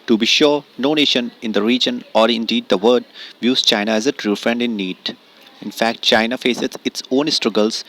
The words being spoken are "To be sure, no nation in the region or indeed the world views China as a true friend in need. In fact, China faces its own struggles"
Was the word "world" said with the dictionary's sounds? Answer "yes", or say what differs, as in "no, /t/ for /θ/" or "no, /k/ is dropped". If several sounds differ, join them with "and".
no, /l/ is dropped